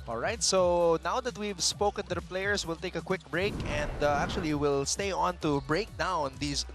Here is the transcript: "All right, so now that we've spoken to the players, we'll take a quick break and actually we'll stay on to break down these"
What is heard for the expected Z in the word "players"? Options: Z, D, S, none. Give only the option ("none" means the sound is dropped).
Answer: S